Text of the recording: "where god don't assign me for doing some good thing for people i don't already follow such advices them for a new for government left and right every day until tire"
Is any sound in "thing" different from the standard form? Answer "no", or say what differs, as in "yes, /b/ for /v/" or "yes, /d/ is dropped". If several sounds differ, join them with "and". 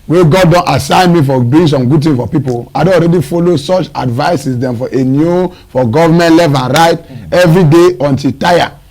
yes, /t/ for /θ/